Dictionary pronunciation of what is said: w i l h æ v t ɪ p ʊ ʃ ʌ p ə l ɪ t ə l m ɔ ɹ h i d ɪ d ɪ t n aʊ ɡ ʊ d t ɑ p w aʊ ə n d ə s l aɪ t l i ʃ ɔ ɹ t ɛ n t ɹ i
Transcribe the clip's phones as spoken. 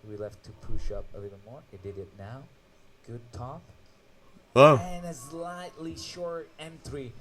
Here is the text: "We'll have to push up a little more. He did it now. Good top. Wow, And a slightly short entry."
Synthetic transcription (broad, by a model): w i l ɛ f t ɪ p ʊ ʃ ʌ p ə l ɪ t l m ɔ ɹ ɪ d ɪ d ɪ t n aʊ ɡ ʊ d t ɑ p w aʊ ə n ə s l aɪ t l i ʃ ɔ ɹ t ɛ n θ ɹ i